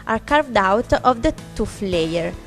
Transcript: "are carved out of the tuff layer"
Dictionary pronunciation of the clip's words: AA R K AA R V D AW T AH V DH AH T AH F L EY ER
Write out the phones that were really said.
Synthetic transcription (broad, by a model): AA R K AA R V D AW T AH V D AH T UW F L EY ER